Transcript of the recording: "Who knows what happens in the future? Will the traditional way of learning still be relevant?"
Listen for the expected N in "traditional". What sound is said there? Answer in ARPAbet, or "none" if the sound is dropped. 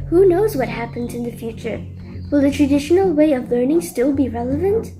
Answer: N